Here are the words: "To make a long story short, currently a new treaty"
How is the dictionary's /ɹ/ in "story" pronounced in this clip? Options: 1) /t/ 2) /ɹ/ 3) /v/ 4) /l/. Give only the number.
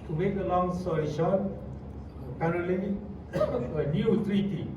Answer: 4